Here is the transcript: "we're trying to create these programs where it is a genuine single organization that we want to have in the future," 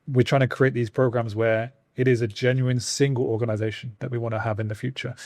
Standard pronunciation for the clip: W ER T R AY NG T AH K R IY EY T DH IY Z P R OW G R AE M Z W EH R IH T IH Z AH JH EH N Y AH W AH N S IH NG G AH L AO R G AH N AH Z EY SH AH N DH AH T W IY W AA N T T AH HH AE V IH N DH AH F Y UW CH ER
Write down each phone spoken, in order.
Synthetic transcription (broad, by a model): W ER T R AY NG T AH K R IY EY T DH IY Z P R OW G R AE M Z W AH R IH T IH Z AH JH EH N Y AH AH N S IH NG G AH L AO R G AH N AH Z EY SH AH N DH AH T W IY W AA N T T AH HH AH V IH N DH AH F Y UW CH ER